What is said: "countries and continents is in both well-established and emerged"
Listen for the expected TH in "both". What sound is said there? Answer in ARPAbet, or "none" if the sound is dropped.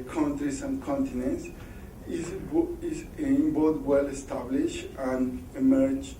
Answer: T